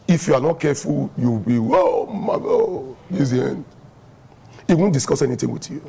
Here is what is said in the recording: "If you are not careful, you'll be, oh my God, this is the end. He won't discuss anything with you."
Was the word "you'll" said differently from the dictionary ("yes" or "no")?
yes